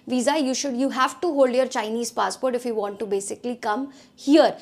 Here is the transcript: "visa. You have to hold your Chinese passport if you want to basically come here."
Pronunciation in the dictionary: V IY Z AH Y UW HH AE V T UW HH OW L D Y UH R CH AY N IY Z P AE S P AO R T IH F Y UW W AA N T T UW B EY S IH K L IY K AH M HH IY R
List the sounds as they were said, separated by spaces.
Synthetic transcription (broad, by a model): V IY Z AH Y UW HH AE V T UW HH OW L D Y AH R CH AY N IY Z P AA S P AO R T IH F Y UW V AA N T T UW B EY S IH K L IY K AH M HH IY R